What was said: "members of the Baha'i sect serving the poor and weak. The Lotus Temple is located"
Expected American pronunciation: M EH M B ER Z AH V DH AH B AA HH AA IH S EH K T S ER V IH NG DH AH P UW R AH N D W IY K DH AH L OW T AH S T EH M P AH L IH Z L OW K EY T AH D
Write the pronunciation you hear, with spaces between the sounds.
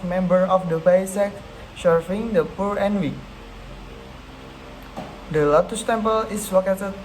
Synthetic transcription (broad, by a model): M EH M B ER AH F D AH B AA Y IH S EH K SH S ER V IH NG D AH P UW R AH N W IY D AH L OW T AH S T EH M P AH L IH S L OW K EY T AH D